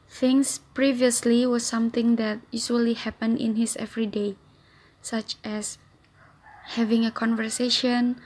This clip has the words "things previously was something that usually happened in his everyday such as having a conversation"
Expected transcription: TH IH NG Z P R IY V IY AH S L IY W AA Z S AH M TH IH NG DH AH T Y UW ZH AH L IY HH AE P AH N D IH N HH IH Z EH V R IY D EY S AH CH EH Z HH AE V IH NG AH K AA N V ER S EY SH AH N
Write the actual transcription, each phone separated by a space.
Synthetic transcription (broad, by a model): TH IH NG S P R IY V IY AH S L IY W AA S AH M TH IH NG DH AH T Y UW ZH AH L IY HH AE P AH N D IH N HH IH S EH V R IY D EY S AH CH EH S HH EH V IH NG AH K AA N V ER S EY SH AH N